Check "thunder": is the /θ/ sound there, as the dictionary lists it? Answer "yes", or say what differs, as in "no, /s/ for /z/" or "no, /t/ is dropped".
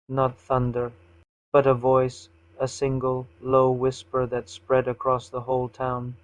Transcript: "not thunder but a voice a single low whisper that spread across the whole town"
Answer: yes